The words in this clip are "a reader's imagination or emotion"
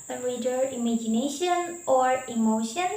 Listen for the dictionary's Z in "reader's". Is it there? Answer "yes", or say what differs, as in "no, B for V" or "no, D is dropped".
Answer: no, Z is dropped